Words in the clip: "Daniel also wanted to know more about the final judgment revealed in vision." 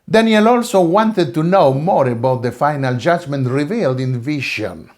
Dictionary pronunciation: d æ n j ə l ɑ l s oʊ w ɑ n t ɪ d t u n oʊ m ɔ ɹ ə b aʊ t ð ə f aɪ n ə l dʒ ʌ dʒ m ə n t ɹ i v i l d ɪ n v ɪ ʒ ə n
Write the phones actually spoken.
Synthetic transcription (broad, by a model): d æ n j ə l ɑ l s oʊ w ɑ n t ɪ d t u n oʊ m ɔ ɹ ə b aʊ t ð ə f aɪ n ə l dʒ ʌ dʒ m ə n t ɹ i v i l d ɪ n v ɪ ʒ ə n